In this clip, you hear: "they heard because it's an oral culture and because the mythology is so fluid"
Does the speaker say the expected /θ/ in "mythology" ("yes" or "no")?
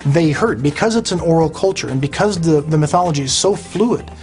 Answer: yes